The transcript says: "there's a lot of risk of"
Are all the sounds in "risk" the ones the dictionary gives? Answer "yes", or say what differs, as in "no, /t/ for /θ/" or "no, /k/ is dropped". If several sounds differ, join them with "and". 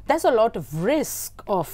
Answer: yes